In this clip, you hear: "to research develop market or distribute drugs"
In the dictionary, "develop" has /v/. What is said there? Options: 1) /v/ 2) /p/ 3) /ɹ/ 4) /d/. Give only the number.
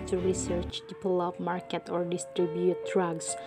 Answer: 2